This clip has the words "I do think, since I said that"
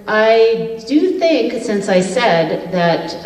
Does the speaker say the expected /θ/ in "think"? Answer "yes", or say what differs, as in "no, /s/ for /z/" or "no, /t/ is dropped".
yes